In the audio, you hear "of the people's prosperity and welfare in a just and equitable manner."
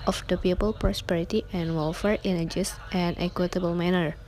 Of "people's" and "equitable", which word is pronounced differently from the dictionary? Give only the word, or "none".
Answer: people's